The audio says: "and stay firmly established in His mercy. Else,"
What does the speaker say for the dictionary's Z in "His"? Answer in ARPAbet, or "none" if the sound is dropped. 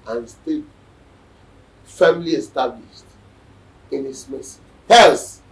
S